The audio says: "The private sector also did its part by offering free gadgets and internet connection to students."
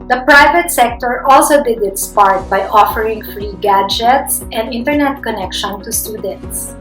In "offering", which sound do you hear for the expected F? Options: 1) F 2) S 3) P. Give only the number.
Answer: 1